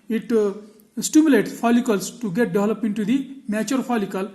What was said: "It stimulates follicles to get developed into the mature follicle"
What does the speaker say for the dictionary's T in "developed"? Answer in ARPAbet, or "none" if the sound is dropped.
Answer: none